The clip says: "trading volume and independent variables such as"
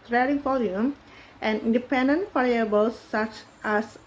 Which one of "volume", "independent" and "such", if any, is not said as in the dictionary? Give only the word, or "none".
volume